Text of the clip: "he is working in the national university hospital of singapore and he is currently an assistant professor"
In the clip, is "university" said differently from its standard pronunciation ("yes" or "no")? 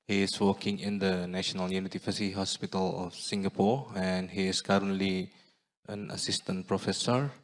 yes